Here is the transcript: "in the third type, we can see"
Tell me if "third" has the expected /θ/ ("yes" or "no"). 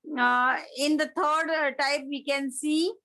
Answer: no